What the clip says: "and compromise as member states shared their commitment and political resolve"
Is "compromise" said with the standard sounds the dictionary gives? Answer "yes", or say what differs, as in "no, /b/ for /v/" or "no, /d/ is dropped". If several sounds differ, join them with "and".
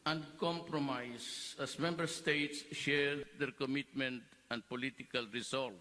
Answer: no, /s/ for /z/